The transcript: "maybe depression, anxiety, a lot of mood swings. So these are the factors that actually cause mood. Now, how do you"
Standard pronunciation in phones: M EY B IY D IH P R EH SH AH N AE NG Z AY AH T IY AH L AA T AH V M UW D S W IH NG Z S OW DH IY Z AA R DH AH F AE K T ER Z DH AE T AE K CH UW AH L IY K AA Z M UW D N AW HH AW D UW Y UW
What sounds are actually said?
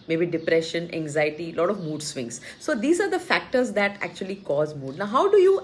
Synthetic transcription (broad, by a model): M EY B IY D IH P R EH SH AH N AE NG Z AY AH T IY L AA T AH V M UW D S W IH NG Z S OW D IY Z AA R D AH F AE K T ER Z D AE T AE K CH UW AH L IY K AA Z M UW D N AW HH AW D UW Y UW